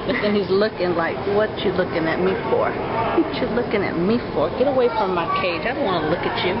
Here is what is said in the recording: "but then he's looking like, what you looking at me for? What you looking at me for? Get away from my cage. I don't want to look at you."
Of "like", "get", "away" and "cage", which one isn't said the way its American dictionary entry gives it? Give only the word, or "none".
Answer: none